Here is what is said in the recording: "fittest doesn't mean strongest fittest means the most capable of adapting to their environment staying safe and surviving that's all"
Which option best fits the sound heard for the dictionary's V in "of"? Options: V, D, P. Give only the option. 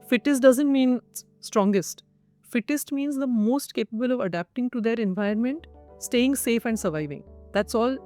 V